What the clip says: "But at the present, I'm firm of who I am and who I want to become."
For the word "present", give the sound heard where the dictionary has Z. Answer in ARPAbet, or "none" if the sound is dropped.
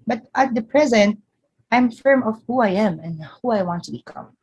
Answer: Z